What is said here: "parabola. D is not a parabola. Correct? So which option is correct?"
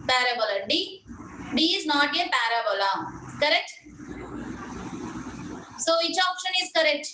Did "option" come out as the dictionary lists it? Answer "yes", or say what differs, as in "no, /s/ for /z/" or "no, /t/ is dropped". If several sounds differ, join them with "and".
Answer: yes